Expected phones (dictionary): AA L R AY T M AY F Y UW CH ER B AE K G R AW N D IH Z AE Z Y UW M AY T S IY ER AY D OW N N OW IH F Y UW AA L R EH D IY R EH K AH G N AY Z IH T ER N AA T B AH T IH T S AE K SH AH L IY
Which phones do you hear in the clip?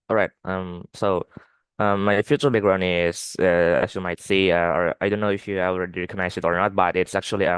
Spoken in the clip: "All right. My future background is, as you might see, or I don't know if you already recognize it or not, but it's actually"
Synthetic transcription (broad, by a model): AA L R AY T M AY F Y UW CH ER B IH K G R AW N IH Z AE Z Y UW M AY T S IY ER AY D OW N N OW IH F Y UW AA L R EH D IY R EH K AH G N AY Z IH T ER N AA T B AH T IH T S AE K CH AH L IY